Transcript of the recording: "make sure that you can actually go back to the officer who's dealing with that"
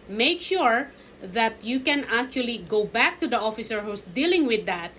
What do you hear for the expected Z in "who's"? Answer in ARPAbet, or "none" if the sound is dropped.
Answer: S